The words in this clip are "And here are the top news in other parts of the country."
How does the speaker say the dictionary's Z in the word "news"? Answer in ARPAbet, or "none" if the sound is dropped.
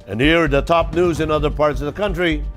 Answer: Z